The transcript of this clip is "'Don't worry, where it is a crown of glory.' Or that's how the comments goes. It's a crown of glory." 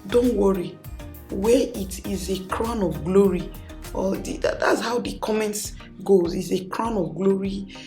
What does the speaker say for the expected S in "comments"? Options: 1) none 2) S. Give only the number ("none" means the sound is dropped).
2